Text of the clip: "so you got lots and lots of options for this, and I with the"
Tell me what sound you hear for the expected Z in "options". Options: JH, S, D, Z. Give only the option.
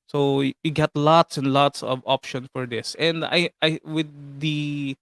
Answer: S